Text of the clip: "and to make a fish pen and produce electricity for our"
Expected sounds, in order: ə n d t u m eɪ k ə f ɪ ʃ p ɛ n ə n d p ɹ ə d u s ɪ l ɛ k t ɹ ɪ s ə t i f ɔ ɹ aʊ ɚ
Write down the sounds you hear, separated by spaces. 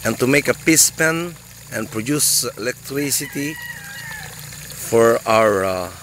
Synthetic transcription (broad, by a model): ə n t u m eɪ k ə p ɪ s p ɛ n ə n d p ɹ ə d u s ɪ l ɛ k t ɹ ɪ s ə t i f ɔ ɹ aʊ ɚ